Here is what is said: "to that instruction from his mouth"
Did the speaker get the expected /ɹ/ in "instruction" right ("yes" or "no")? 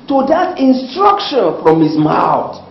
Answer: yes